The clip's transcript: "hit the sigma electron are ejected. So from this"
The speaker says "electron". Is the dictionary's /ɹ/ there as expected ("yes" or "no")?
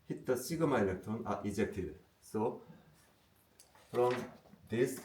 no